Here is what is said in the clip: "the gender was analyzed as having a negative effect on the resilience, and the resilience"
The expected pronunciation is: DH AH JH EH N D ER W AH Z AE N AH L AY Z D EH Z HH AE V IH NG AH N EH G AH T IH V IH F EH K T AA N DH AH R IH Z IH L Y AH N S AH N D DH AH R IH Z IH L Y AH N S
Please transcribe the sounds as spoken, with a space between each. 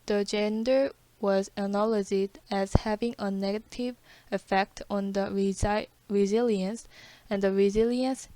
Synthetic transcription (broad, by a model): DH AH JH EH N D ER W AH Z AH N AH L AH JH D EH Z HH AE V IH NG AH N EH G AH T IH V IH F EH K T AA N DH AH R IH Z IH L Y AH N S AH N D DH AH R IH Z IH L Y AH N S